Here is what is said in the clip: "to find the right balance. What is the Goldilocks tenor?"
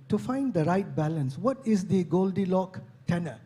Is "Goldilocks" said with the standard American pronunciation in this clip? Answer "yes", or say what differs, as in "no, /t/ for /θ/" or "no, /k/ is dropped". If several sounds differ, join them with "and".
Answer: no, /s/ is dropped